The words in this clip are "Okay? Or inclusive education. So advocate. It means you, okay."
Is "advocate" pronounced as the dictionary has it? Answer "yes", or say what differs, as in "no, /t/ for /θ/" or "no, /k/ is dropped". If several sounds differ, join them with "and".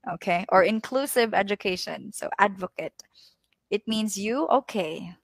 yes